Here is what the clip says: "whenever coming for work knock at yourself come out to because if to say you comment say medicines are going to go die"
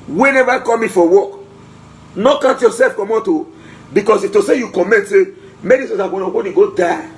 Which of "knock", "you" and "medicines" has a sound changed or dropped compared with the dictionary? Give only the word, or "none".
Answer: medicines